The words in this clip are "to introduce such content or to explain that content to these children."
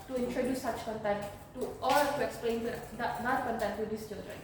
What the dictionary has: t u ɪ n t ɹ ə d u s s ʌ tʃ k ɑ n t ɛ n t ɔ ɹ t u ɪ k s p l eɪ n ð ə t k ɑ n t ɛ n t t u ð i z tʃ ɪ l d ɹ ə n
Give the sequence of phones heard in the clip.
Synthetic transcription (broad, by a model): t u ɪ n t ɹ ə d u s s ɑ tʃ k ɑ n t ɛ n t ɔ l t u ɪ k s p l eɪ n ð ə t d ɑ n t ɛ n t t u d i s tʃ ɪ l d ɹ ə n